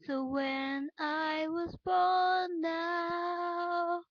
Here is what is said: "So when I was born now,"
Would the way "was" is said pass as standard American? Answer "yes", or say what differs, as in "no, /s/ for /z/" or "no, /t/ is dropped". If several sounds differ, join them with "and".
yes